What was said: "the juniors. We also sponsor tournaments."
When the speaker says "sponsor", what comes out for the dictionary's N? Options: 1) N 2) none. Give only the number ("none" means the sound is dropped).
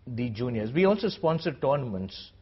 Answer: 1